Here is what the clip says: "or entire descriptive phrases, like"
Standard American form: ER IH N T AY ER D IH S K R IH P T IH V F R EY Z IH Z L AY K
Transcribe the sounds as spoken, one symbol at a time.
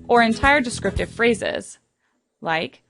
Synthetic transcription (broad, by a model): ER IH N T AY ER D IH S K R IH P T IH V F R EY Z IH Z L AY K